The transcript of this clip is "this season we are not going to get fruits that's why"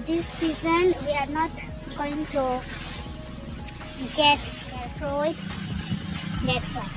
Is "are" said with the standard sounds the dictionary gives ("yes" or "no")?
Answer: yes